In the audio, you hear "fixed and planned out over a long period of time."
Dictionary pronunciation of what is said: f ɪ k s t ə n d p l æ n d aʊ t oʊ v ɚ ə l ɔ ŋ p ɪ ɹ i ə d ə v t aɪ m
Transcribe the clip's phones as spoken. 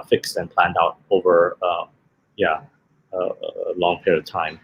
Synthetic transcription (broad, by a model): f ɪ k s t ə n p l æ n d aʊ t oʊ v ɚ ə l ɔ ŋ p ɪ ɹ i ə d ə v t aɪ m